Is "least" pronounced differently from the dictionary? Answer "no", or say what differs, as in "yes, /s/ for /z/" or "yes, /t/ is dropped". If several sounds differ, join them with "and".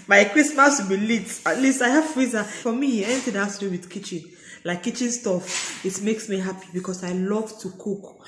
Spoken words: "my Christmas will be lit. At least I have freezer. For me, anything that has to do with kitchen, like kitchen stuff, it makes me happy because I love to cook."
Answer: no